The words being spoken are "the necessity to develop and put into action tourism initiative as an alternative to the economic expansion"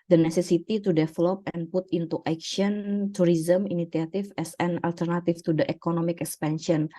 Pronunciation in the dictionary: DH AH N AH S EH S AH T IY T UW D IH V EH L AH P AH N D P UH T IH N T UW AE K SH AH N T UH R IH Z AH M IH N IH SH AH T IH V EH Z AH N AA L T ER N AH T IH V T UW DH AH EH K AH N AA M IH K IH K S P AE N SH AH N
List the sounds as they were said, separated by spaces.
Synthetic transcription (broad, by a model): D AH N AH S EH S AH T IY T UW D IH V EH L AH P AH N P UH T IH N T UW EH K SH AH N T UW R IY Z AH M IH N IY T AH T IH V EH S AH N AA L T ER N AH T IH F T UW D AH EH K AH N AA M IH K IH K S P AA N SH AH N